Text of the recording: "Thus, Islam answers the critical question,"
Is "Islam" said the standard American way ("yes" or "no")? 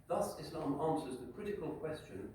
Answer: yes